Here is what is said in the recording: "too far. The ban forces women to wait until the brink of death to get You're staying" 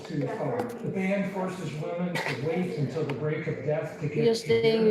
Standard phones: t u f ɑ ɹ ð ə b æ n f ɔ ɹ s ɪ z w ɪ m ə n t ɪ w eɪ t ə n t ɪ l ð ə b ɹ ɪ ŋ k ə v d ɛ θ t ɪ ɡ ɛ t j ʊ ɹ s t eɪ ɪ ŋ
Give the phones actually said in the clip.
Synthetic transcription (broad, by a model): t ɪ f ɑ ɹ ð ə b æ n f ɔ ɹ s ɪ z w ɪ m ə n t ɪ w eɪ t ə n t ɪ l ð ə b ɹ ɪ k ə v d ɛ θ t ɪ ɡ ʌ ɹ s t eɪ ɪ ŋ